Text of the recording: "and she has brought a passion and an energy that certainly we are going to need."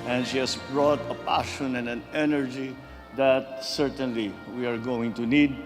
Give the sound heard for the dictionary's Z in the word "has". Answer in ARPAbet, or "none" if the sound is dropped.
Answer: S